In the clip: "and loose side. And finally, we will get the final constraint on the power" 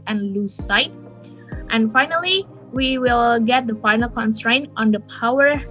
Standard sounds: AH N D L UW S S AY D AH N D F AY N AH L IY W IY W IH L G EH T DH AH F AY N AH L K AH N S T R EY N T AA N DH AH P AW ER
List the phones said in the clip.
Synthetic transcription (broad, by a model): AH N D L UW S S AY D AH N F AY N AH L IY W IY W IH L G EH T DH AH F AY N AH L K AH N S T R EY N T AA N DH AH P AW ER